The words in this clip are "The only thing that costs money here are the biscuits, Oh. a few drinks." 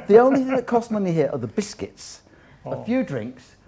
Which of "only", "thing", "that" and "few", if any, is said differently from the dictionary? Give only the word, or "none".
none